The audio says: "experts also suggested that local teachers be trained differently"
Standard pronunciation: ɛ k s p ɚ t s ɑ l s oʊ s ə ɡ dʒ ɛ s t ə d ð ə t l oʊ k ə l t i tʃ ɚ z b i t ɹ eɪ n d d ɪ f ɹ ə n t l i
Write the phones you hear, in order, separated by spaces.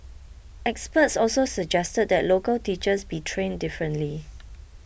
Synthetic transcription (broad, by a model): ɛ k s p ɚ t s ɑ l s oʊ s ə dʒ ɛ s t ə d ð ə t l oʊ k ə l t i tʃ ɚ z b i t ɹ eɪ n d d ɪ f ɹ ə n t l i